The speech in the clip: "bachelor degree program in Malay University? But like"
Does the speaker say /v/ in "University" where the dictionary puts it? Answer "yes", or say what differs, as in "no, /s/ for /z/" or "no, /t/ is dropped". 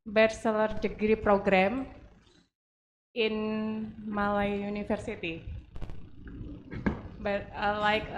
no, /f/ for /v/